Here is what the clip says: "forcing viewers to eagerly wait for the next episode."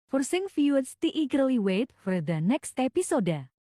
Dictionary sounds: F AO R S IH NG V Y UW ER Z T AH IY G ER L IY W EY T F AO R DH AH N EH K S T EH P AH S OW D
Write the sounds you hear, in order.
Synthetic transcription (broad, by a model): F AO R S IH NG F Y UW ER S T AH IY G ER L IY W EY T F AO R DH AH N EH K S T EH P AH S OW D